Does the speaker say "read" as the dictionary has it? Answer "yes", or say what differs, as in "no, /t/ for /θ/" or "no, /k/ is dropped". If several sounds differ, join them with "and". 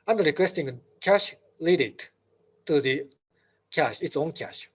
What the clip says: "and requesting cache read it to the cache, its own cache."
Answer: no, /l/ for /ɹ/